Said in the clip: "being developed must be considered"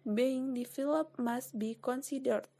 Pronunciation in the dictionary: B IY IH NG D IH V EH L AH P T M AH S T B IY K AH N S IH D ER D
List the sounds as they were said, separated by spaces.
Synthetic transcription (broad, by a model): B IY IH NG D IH F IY L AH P M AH S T B IY K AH N S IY D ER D